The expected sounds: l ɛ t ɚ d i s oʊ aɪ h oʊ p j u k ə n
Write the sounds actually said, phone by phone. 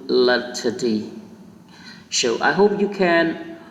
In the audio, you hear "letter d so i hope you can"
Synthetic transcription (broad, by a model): l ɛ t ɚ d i ʃ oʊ aɪ h oʊ p j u k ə n